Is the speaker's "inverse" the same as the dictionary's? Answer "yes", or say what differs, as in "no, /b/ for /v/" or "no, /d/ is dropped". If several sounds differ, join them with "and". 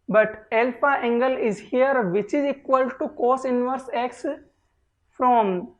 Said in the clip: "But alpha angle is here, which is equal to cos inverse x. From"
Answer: yes